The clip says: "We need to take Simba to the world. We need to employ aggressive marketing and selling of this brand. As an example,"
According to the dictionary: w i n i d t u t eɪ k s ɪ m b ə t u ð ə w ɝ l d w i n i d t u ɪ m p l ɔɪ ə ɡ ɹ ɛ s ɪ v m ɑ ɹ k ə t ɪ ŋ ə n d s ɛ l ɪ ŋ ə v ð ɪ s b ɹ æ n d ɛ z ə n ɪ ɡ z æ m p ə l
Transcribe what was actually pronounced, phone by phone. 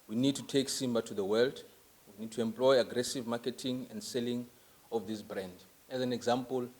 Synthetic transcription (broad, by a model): w i n i d t u t eɪ k s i m b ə t u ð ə w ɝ l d w i n i d t u ɪ m p l ɔɪ ə ɡ ɹ ɛ s ɪ v m ɑ k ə t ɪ ŋ ə n d s ɛ l ɪ ŋ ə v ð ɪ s b ɹ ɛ n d ɛ z ə n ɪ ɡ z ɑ m p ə l